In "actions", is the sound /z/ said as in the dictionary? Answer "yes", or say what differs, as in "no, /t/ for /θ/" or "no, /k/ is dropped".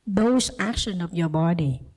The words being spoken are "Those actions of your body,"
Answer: no, /z/ is dropped